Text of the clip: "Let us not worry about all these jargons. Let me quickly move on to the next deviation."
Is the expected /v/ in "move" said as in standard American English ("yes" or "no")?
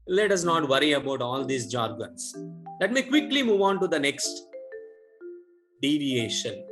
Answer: yes